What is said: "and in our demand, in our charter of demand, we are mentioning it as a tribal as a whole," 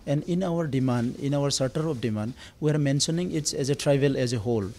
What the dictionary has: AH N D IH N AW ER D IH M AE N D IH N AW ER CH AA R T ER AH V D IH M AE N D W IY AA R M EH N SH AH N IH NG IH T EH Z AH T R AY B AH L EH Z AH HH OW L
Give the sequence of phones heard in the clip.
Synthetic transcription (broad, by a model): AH N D IH N AW ER D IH M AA N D IH N AW ER S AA R T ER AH P D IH M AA N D W IY AA R M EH N S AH N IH NG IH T EH Z AH T R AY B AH L EH Z AH HH OW L